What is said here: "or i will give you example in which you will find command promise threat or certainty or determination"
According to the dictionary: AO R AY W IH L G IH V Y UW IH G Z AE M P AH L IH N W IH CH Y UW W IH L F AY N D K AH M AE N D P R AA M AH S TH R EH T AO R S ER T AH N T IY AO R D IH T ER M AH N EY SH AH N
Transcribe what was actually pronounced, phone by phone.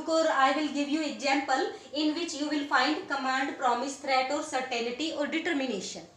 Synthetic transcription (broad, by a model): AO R AY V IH L G IH V Y UW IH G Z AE M P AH L IH N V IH CH Y UW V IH L F AY N D K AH M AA N D P R AA M AH S T R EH T AO R S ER T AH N T IY AO R D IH T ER M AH N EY SH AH N